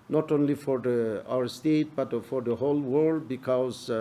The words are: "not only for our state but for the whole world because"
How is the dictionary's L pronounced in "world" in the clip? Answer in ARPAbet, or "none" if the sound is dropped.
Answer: L